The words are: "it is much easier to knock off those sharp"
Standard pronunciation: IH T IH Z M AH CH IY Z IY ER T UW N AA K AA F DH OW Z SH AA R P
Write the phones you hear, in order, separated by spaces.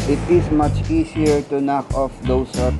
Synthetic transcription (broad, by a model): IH T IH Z M AH CH IY S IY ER T UW N AA K AA F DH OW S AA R